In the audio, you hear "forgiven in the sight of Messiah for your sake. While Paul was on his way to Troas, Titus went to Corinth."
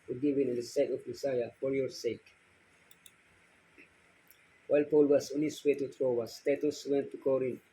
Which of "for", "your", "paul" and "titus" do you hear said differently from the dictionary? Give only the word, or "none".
none